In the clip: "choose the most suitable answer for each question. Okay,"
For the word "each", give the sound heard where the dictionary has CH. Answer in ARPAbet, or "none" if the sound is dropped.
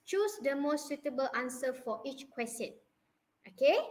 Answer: CH